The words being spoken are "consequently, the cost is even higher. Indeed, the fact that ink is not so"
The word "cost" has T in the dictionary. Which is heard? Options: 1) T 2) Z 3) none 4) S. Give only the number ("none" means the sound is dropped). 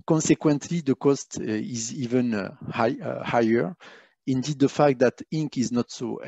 1